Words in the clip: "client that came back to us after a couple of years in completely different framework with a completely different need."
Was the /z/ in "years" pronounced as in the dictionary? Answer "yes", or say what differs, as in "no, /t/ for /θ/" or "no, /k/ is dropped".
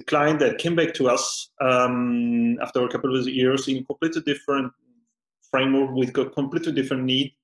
no, /s/ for /z/